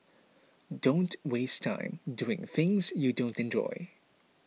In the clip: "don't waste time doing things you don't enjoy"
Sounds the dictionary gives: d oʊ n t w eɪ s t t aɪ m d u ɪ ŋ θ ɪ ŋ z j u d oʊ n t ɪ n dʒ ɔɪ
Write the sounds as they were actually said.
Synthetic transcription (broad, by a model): d oʊ n t w eɪ s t t aɪ m d u ɪ ŋ θ ɪ ŋ z j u d oʊ n t ɪ n dʒ ɔɪ